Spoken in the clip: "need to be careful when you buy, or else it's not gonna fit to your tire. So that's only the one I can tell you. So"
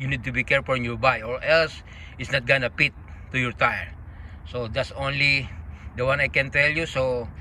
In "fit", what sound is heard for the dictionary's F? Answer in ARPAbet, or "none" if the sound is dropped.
P